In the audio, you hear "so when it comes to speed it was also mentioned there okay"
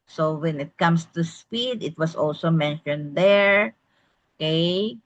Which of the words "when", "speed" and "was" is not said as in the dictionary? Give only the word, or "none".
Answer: was